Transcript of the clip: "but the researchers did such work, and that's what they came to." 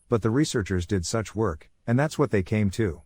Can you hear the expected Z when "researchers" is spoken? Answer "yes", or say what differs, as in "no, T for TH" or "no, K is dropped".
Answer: yes